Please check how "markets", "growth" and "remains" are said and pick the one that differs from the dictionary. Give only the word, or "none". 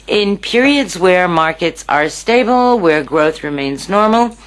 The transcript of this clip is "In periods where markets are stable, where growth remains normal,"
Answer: none